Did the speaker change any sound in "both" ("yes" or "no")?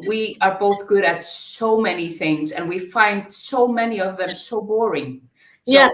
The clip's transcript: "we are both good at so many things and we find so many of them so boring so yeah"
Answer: no